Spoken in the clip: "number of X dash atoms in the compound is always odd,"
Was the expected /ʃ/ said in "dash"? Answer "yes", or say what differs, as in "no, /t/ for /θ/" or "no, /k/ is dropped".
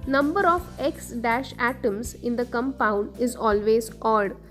yes